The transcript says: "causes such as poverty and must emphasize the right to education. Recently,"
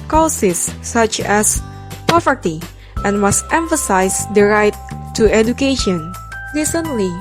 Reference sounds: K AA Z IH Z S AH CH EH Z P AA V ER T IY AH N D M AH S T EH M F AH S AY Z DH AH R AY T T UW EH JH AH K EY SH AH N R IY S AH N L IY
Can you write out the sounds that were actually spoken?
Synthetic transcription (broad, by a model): K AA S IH S AH CH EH S P AA V ER T IY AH N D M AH S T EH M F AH S AY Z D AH R AY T T UW EH JH AH K EY SH AH N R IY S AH N L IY